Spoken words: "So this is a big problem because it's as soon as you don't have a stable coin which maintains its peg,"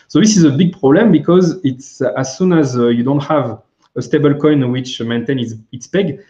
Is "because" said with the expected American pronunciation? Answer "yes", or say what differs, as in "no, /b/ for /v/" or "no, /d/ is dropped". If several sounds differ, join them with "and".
yes